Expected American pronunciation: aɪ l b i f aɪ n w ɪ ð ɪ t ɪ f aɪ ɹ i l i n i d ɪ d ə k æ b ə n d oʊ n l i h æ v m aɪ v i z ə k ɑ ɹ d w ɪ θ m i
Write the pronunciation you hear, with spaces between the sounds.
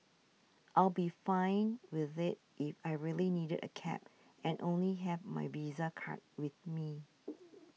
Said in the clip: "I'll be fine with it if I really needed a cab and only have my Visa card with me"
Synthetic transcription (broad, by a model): aɪ l b i f aɪ n w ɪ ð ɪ t ɪ f aɪ ɹ i l i n i d ɪ d ə k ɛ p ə n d oʊ n l i h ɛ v m aɪ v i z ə k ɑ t w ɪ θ m i